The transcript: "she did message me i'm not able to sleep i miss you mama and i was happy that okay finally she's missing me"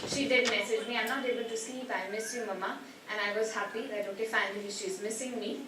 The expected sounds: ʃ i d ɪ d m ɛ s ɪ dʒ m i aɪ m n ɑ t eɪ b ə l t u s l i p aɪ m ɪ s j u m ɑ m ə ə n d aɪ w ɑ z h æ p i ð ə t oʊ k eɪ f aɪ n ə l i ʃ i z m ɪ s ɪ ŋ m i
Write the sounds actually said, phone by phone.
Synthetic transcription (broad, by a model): ʃ i d ɪ d m ɛ s ɪ dʒ m i aɪ m n ɑ t eɪ b ə l t u s l i p aɪ m ɪ s j u m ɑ m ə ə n aɪ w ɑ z h æ p i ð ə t oʊ k eɪ f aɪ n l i ʃ i z m ɪ s ɪ ŋ m i